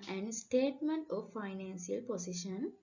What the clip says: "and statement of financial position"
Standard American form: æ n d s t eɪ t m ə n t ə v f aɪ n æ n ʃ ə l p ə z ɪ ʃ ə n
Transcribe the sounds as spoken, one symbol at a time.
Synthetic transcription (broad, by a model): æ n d s t eɪ t m ə n t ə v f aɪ n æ n s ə l p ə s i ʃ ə n